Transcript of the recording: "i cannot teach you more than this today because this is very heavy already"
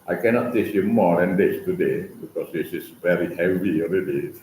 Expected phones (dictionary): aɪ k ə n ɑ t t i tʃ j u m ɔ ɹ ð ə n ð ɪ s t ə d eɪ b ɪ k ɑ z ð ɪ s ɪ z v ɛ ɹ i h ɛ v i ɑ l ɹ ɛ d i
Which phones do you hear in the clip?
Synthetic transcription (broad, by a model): aɪ k ə n ɑ t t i s j u m ɔ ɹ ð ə n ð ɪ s t ə d eɪ b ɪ k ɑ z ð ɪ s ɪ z v ɛ ɹ i h ɛ v i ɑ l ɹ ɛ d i